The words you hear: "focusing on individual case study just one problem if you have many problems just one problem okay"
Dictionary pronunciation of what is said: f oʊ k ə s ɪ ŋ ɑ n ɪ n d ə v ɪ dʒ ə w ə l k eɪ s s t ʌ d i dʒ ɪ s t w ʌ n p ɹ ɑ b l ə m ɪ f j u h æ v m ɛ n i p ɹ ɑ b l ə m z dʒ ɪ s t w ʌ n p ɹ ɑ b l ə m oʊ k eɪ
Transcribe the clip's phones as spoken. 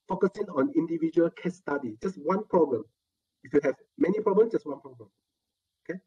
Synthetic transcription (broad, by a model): f oʊ k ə s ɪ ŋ ɑ n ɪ n d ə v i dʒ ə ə l k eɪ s s t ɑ d i dʒ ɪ s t w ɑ n p ɹ ɑ b l ə m ɪ f j u h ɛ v m ɛ n i p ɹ ɑ b l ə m dʒ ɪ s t w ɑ n p ɹ ɑ b l ə m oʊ k eɪ